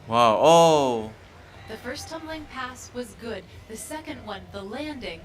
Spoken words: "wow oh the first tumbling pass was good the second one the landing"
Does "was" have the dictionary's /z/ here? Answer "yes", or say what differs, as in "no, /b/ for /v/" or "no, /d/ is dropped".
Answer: yes